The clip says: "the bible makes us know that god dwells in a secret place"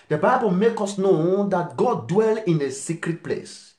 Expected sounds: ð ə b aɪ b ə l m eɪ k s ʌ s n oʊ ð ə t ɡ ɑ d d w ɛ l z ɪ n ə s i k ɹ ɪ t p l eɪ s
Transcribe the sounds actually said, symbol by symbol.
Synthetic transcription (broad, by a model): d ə b aɪ b ə l m eɪ k ɔ s n oʊ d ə t ɡ ɑ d d w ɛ l ɪ n ə s i k ɹ ɪ t p l eɪ s